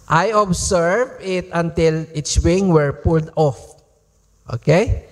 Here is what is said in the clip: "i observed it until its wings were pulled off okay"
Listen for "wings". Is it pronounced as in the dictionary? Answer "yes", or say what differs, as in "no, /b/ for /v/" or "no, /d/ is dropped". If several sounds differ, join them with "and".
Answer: no, /z/ is dropped